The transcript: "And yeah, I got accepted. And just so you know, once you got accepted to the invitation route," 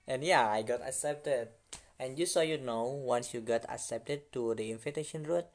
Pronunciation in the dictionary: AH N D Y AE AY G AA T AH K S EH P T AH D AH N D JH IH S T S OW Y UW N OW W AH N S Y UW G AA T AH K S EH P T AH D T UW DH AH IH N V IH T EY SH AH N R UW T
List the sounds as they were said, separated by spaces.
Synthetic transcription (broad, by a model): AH N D Y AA AY G AA T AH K S EH P T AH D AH N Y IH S S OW Y UW N OW W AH N S Y UW G AA T AH K S EH P T AH D T UW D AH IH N F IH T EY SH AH N R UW T